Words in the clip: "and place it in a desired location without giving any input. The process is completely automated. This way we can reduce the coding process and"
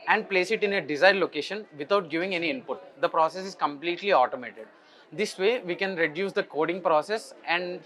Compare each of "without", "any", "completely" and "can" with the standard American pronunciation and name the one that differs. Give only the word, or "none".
without